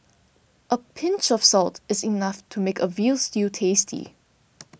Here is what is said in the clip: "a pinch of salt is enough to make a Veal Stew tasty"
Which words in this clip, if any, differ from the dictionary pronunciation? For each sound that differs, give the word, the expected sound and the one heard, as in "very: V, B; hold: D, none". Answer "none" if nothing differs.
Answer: none